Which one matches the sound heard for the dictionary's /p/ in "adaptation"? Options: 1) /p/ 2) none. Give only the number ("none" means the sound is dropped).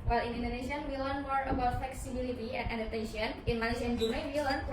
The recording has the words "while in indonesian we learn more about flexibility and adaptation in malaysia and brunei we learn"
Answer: 2